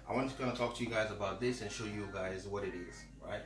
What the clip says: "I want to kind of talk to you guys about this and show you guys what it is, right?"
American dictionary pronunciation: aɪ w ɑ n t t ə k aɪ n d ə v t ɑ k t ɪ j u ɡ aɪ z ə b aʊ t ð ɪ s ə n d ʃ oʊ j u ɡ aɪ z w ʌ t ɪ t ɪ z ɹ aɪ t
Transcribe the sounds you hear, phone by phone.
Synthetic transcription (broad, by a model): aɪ w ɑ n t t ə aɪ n ə t ɑ k t ɪ j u ɡ aɪ z ə b aʊ t ð ɪ s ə n ʃ oʊ j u ɡ aɪ z w ʌ t ɪ t ɪ z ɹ aɪ t